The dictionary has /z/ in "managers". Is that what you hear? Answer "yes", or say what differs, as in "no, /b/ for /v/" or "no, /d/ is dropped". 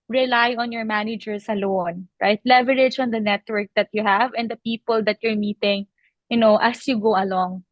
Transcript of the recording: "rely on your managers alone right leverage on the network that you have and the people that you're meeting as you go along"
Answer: no, /s/ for /z/